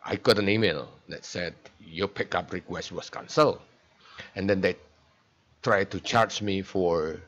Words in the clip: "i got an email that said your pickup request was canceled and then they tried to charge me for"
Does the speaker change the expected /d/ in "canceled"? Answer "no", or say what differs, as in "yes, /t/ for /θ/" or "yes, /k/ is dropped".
yes, /d/ is dropped